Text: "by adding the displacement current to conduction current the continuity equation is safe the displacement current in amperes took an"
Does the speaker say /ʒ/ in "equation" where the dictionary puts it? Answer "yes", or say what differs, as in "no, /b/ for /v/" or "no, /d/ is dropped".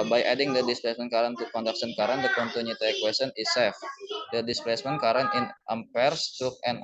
no, /s/ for /ʒ/